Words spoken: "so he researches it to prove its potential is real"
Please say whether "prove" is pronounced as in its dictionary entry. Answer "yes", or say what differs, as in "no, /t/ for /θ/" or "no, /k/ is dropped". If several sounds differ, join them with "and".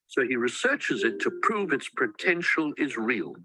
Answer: yes